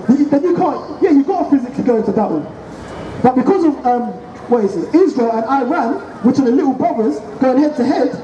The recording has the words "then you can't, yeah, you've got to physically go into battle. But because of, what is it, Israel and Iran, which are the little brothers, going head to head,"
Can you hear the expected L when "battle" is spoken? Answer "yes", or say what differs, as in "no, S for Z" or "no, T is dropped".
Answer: no, N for L